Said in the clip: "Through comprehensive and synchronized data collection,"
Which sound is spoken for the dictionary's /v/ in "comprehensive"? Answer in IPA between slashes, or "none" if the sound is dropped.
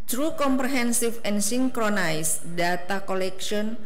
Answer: /f/